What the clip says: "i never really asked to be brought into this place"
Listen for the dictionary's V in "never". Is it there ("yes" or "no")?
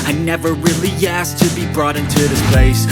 yes